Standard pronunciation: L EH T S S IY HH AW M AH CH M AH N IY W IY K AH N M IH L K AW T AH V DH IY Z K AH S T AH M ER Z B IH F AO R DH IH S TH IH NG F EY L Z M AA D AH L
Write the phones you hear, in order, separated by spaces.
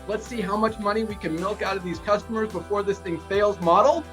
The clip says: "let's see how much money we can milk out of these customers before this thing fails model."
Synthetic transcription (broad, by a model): L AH T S S IY HH AW M AH CH M AH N IY W IY K AH N M IH L K AW T AH V DH IY Z K AH S T AH M ER Z B IH F AO R DH IH S TH IH NG F EY L Z M AA D L